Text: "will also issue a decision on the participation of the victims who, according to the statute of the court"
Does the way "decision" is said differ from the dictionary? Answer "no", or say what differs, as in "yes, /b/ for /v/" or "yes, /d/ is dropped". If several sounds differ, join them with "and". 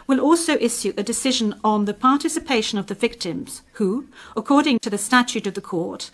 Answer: no